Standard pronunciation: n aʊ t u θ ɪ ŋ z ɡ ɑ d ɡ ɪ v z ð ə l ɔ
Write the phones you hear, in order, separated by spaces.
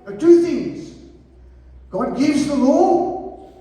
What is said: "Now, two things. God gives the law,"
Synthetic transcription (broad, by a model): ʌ t u θ ɪ ŋ z ɡ ɑ d ɡ ɪ v z ð ə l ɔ